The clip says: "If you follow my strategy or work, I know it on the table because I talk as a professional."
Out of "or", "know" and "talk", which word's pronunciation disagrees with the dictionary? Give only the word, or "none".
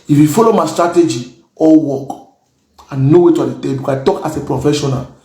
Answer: or